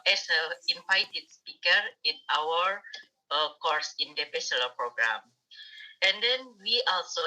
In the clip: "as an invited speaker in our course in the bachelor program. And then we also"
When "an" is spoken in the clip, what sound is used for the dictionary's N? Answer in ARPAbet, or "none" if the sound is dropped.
L